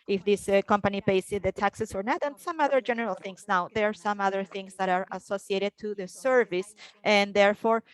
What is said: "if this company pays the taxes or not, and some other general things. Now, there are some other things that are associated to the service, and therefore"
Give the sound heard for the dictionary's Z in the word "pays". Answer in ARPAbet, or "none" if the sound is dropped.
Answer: S